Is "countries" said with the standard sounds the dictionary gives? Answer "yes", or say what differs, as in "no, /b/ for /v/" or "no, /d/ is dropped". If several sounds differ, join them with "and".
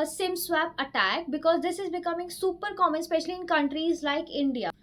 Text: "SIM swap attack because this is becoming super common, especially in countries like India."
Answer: yes